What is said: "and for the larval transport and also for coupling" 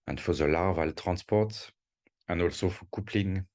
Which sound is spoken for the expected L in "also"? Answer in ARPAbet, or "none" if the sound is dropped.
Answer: L